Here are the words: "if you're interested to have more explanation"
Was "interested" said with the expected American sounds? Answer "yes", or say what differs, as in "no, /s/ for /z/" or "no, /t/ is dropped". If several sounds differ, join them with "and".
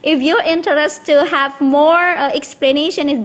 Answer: no, /s/ is dropped